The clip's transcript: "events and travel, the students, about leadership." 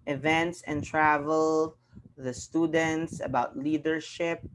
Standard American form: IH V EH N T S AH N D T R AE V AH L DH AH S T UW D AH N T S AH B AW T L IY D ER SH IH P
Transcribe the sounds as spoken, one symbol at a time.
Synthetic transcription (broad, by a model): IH V EH N T S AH N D T R AE V AH L DH AH S T UW D AH N T S AH B AW T L IY D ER SH IH P